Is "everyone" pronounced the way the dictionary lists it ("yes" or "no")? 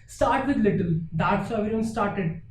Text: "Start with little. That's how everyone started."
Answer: no